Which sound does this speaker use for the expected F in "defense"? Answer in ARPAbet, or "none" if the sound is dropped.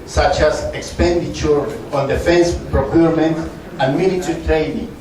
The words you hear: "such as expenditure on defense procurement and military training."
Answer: F